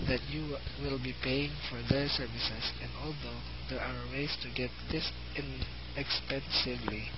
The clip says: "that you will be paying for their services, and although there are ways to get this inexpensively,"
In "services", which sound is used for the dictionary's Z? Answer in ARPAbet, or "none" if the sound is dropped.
S